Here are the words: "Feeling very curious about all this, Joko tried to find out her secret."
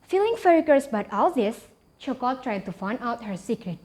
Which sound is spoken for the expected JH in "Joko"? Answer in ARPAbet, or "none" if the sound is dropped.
CH